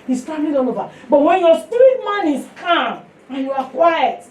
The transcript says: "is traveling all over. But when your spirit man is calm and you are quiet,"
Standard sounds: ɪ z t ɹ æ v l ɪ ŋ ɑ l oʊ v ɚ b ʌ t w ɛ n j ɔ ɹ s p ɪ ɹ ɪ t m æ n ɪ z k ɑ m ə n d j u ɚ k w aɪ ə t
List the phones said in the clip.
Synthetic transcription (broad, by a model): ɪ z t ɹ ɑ l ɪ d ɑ n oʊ v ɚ b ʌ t w ɛ n j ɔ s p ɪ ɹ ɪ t m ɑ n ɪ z k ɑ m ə n j u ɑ k w aɪ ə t